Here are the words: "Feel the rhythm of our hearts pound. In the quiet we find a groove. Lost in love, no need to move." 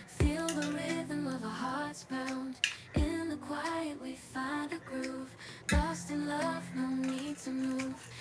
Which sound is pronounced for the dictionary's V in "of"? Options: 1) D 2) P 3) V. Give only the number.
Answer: 3